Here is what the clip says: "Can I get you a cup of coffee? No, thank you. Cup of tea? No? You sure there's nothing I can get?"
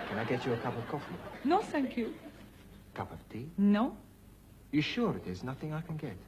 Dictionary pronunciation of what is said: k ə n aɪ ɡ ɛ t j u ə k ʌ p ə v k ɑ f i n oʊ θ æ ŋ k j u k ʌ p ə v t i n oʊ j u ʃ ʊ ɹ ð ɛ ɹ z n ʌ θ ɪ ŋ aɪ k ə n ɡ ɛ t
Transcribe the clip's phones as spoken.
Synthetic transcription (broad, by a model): k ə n aɪ ɡ ɛ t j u ə k ʌ p ə v k ɑ f i n oʊ θ æ ŋ k j u k ʌ p ə v t i n oʊ j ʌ ʃ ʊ ɹ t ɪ z n ʌ θ ɪ ŋ aɪ k ə n ɡ ɛ t